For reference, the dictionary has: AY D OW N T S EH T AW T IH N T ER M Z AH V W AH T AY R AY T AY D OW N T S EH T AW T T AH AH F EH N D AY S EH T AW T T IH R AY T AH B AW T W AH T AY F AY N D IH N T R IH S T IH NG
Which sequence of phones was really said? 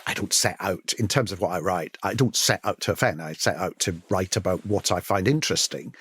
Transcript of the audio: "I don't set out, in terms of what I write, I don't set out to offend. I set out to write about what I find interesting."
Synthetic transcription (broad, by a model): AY D OW N T S EH T AW T IH N T ER M Z AH V W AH T AY R AY T AY D OW N T S EH T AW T T AH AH F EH N AY S EH T AW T T IH R AY T AH B AW T W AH T AY F AY N D IH N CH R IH S T IH NG